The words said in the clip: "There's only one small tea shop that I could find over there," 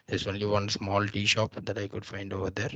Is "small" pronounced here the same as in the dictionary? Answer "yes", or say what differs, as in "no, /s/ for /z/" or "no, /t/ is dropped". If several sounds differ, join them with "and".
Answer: yes